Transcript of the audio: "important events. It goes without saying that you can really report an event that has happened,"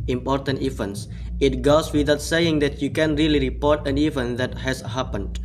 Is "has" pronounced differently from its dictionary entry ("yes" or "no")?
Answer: yes